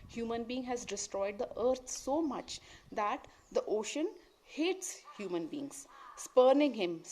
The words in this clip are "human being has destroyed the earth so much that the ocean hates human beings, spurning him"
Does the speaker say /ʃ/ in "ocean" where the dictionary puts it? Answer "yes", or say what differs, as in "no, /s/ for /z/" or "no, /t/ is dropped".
yes